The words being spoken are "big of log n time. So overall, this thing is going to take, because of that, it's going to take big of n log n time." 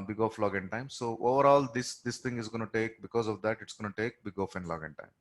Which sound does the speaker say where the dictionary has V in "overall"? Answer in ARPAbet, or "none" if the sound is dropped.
V